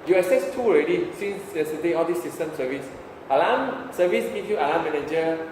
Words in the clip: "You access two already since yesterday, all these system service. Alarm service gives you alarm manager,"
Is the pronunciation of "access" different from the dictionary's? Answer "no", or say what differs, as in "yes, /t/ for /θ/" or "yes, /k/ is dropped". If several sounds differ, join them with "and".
yes, /k/ is dropped